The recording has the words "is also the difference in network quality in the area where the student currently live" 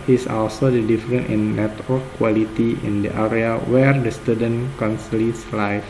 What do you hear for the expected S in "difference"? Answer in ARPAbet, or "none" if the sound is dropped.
none